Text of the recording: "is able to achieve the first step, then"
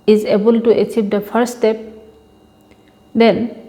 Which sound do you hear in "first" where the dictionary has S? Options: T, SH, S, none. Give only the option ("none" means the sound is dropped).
none